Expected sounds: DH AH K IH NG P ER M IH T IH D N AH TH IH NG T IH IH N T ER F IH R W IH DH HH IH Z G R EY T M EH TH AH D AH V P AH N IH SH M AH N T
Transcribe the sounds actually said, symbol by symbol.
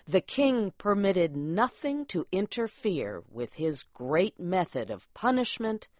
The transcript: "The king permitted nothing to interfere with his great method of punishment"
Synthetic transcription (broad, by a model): DH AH K IH NG P ER M IH T IH D N AH TH IH NG T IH IH N T ER F IH R W IH DH IH Z G R EY T M EH TH AH D AH V P AH N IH SH M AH N T